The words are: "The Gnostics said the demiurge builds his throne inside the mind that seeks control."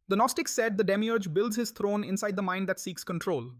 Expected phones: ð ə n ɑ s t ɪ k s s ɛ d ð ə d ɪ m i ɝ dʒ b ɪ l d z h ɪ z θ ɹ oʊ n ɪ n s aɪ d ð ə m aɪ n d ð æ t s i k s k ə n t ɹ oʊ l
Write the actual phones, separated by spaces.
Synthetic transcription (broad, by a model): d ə n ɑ s t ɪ k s s ɛ d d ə d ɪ m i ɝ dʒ b ɪ l d z h ɪ z t ɹ oʊ n ɪ n s aɪ d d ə m aɪ n d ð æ t s i k s k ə n t ɹ oʊ l